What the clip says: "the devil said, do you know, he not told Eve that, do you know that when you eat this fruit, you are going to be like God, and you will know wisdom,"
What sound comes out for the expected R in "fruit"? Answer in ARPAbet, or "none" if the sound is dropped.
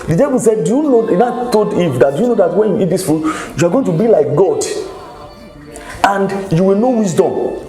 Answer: none